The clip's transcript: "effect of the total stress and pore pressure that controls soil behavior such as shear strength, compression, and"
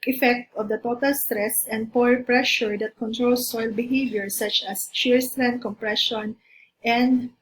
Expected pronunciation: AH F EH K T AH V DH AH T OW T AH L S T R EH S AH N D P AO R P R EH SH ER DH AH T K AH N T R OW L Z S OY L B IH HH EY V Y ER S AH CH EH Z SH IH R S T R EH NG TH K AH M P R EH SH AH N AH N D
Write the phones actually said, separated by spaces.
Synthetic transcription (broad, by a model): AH F EH K T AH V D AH T OW T AH L S T R EH S AH N D P AO R P R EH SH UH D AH T K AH N T R OW L S OY L B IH HH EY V Y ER S AH CH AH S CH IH R S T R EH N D K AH M P R EH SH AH N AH N D